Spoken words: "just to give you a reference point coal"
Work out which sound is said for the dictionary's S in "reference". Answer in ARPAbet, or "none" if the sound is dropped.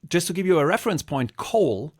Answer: S